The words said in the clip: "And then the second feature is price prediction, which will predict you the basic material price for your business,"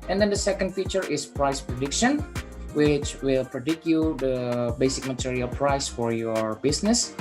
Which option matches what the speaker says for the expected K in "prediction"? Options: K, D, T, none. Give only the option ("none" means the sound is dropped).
K